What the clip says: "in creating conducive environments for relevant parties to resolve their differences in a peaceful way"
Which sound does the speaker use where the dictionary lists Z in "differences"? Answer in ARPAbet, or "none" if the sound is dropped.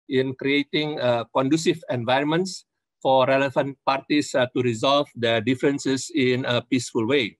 S